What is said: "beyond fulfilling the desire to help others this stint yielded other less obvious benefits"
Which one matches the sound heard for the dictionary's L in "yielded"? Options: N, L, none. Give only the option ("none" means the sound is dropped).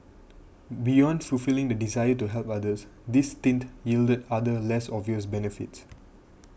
L